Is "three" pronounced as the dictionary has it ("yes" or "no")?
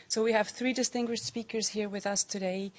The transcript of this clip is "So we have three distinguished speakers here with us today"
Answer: yes